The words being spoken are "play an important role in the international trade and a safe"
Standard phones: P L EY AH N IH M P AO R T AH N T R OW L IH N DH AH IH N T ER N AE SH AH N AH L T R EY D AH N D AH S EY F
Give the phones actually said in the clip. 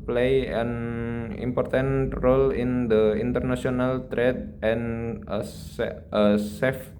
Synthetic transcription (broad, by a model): P L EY AH N IH M P AO R T AH N T R OW L IH N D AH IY N T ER N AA S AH N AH L T R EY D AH N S AH S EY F